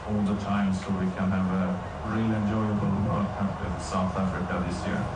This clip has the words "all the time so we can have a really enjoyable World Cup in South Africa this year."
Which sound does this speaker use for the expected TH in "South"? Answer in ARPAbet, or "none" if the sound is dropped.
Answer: TH